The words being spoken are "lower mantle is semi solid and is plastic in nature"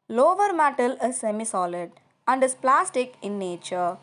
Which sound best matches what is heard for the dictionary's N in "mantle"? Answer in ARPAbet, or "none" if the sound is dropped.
none